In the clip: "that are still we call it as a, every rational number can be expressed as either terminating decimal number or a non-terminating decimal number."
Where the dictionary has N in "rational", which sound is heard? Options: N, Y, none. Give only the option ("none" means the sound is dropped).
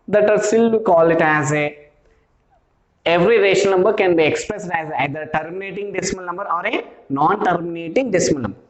none